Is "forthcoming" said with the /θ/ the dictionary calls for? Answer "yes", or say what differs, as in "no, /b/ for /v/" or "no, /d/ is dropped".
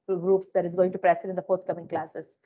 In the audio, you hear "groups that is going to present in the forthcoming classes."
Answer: no, /t/ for /θ/